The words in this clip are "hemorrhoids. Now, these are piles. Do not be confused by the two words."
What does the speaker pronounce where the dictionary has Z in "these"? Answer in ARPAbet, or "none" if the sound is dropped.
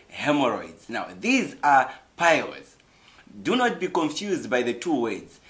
Z